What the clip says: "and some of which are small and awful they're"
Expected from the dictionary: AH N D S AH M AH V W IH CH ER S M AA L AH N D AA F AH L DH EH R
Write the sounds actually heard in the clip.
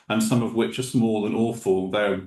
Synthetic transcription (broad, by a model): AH N S AH M AH V W IH CH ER S M AA L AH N AA F AH L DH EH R